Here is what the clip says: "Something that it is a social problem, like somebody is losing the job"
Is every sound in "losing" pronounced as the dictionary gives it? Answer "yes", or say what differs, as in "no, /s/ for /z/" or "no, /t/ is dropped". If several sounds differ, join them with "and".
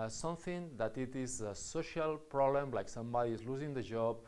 yes